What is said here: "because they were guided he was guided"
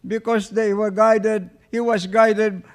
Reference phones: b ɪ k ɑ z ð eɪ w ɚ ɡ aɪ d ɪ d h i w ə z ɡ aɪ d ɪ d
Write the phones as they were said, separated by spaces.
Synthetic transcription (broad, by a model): b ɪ k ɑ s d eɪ w ɚ ɡ aɪ d ɪ d h i w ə s ɡ aɪ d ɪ d